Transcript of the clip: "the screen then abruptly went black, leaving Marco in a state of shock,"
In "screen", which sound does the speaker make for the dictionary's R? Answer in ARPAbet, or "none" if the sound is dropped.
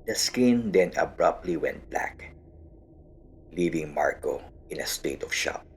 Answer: none